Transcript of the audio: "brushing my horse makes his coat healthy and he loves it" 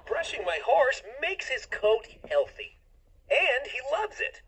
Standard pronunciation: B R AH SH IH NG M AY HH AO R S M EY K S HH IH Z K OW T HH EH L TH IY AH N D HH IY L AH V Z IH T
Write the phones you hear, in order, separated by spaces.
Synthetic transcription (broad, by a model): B R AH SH IH NG M AY HH AO R S M EY K S HH IH Z K OW T HH EH L TH IY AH N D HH IY L AH V Z IH T